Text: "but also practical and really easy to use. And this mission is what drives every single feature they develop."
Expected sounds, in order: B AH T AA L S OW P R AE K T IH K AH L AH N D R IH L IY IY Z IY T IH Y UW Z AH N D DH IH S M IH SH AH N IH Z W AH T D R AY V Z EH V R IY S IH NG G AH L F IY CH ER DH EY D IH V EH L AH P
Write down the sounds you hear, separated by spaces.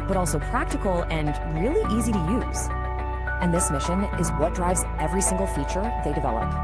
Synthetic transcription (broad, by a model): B AH T AA L S OW P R AE K T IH K L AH N R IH L IY IY Z IY T IH Y UW Z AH N DH IH S M IH SH AH N IH Z W AH T D R AY V Z EH V R IY S IH NG G L F IY CH ER DH EY D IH V EH L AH P